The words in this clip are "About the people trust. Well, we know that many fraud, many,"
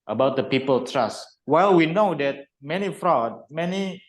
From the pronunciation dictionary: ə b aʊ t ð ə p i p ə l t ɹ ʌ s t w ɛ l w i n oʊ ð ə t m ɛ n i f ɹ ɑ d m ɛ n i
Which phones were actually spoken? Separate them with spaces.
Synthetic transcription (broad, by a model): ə b aʊ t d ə p i p ə l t ɹ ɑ s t w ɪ l w i n oʊ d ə t m ɛ n i f ɹ ɑ d m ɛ n i